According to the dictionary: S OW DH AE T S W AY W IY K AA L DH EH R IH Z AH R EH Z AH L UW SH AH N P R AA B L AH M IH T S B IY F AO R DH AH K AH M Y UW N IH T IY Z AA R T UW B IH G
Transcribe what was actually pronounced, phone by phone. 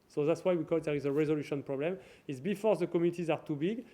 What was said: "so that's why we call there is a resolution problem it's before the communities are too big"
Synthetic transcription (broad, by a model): S OW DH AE T S W AY W IY K AA L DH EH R IH Z AH R EH Z AH L UW SH AH N P R AA B L AH M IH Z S B IY F AO R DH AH K AH M Y UW N IH T IY Z AA R T UW B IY G